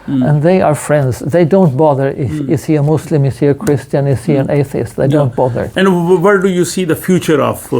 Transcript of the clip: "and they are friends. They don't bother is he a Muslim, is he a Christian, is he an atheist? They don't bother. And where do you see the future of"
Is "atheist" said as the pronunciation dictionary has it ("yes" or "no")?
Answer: yes